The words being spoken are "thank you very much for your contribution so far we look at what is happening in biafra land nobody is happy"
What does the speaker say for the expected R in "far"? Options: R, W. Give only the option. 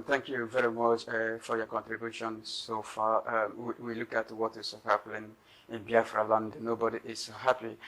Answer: W